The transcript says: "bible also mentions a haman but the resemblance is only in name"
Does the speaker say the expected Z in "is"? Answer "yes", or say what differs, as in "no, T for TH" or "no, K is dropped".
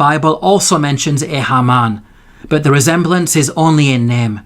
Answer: yes